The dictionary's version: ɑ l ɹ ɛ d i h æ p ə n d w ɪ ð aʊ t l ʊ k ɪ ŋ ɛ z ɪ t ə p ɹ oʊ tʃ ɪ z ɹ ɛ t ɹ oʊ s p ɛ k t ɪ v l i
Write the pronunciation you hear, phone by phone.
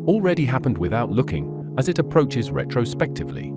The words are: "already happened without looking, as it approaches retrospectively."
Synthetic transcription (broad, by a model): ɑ l ɹ ɛ d i h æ p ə n d w ɪ ð aʊ t l ʊ k ɪ ŋ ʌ z ɪ t ə p ɹ oʊ tʃ ɪ z ɹ ɛ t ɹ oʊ s p ɛ k t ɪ v l i